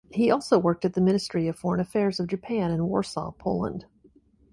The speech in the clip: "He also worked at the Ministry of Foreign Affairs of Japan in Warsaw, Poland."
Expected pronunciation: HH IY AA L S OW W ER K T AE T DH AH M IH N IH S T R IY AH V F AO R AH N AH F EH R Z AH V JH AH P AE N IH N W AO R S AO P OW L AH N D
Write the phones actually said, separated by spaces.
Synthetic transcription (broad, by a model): HH IY AA L S OW W ER K T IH T DH AH M IH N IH S T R IY AH V F AO R AH N AH F EH R Z AH V JH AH P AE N IH N W AO R S AO P OW L AH N D